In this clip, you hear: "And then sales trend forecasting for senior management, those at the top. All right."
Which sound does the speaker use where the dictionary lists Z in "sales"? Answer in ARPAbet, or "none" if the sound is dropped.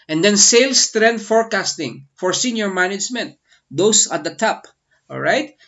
S